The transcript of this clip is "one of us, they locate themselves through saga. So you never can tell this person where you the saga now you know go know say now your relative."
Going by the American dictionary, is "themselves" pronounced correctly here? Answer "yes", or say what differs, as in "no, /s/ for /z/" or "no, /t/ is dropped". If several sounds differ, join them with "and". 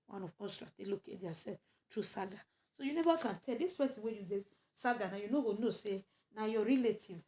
no, /m/ is dropped